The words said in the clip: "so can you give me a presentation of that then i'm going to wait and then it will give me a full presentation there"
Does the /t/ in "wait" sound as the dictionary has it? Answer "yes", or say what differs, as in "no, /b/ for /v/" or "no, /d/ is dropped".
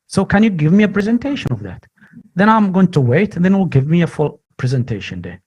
no, /t/ is dropped